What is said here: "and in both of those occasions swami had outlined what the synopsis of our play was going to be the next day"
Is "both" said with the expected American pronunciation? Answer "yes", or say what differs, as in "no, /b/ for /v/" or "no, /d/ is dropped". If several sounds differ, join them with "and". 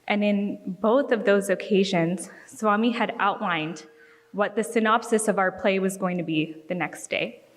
yes